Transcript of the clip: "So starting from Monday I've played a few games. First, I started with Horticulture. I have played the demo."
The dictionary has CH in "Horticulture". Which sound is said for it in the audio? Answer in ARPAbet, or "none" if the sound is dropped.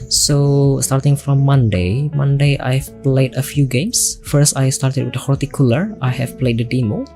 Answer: none